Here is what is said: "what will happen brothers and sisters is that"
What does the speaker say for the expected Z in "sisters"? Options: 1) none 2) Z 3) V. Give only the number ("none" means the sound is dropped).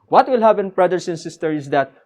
1